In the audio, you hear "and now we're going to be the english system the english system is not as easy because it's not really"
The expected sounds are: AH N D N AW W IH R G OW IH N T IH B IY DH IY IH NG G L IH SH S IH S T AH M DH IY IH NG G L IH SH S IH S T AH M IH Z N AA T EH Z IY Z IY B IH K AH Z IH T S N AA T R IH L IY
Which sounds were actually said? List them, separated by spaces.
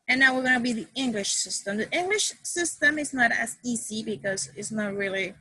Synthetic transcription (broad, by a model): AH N N AW W IH R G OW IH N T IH B IY DH IY IH NG G L IH SH S IH S T AH M DH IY IH NG G L IH SH S IH S T AH M IH Z N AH T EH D IY S IY B IH K AH Z IH T S N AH T R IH L IY